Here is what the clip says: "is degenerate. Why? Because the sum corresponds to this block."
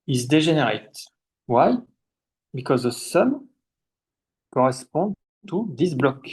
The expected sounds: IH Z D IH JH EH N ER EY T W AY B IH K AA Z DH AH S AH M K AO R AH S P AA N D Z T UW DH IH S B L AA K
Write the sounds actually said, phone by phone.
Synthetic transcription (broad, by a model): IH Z D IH ZH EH N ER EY T W AY B IH K AA Z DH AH S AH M K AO R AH S P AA D T UW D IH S B L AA K